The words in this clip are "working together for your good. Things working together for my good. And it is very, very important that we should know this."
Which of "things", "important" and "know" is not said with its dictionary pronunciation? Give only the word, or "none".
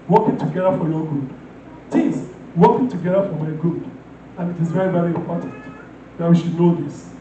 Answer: things